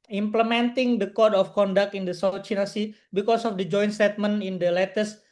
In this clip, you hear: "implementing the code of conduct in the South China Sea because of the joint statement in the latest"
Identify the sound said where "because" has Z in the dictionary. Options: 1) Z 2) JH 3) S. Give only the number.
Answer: 3